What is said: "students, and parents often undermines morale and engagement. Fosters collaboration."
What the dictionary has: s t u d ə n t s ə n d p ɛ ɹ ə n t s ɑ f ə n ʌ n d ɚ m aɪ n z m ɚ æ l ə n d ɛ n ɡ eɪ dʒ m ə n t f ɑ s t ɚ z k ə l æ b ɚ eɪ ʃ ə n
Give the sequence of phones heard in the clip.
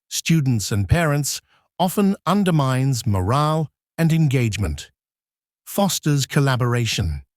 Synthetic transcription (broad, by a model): s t u d n t s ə n p ɛ ɹ ə n t s ɑ f ə n ʌ n d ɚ m aɪ n z m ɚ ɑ l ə n ɛ n ɡ eɪ dʒ m ə n t f ɑ s t ɚ z k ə l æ b ɚ eɪ ʃ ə n